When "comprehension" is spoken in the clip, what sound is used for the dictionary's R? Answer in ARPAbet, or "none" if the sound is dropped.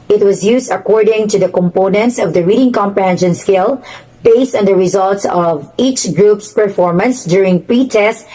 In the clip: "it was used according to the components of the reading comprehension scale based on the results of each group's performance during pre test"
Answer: none